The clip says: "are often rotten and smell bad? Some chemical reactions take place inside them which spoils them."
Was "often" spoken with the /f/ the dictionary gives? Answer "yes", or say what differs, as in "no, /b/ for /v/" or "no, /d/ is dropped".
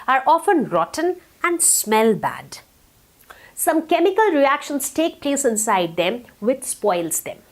yes